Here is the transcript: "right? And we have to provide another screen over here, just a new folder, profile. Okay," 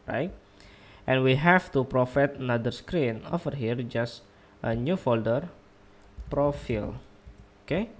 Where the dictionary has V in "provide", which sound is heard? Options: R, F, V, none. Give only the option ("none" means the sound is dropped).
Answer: F